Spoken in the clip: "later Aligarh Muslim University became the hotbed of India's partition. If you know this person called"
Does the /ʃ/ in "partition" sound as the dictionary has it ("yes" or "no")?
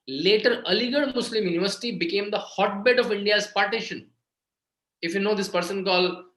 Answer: yes